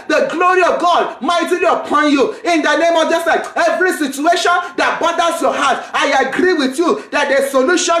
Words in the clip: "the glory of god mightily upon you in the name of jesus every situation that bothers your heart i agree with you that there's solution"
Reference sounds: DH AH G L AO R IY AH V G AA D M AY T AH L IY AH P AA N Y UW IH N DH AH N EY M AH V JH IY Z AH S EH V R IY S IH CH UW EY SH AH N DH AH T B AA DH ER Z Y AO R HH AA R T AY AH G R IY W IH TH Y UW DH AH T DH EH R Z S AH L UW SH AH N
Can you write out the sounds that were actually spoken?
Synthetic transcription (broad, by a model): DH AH G L AO R IY AH V G AA D M AY T AH L IY AH P AA N Y UW IH N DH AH N EY M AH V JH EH S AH EH V R IY S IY CH UW EY SH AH N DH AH T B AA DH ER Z Y AO HH AA T AY AH G R IY W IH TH Y UW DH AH T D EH S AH L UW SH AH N